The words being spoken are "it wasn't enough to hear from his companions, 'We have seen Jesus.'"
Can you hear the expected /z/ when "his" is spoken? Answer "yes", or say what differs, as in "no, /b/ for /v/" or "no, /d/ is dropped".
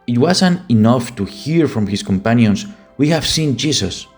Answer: no, /s/ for /z/